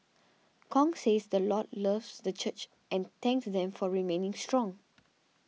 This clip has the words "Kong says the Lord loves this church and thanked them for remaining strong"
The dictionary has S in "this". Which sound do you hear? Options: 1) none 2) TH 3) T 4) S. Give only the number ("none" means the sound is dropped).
1